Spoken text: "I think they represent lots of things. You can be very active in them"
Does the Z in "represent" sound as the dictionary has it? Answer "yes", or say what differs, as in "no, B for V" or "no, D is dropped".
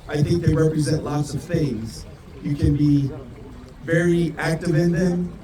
yes